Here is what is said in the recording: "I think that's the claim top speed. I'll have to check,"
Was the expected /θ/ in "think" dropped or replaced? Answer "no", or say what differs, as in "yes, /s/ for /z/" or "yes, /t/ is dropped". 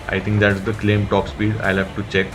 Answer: yes, /t/ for /θ/